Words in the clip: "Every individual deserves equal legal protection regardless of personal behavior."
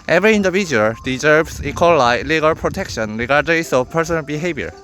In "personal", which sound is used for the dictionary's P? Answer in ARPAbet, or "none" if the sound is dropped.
P